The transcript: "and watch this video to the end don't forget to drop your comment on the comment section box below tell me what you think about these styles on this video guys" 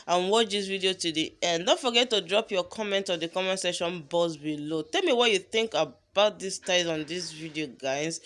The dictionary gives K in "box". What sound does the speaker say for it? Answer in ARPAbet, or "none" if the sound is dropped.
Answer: none